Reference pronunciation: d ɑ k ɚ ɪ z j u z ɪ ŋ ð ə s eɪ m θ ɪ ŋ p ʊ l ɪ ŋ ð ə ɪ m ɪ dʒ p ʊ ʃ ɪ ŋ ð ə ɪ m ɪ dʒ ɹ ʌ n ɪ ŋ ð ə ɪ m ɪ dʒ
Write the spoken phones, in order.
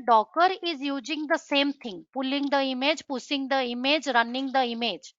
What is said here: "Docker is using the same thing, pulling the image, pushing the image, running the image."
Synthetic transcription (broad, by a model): d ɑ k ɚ ɪ z j u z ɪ ŋ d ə s eɪ m t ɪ ŋ p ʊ l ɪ ŋ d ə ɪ m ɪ dʒ p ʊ s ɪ ŋ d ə ɪ m ɪ dʒ ɹ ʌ n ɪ ŋ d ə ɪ m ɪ dʒ